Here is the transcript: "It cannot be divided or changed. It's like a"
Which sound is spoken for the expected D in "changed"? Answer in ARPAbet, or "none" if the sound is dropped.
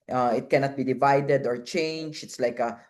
none